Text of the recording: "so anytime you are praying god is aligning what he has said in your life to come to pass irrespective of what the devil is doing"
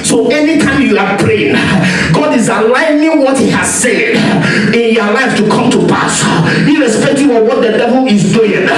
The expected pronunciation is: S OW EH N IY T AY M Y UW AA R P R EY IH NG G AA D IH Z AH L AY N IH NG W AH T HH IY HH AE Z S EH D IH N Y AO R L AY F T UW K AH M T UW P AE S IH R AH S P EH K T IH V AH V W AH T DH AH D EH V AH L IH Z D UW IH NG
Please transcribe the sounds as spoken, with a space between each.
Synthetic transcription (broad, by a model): S OW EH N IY T AY M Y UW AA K P R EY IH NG G AA D IH Z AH L AY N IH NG W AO T HH IY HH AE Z S EH D IH N Y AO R L AY F T UW K AH M T UW P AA S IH R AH S P EH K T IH AH W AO T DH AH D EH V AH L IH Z D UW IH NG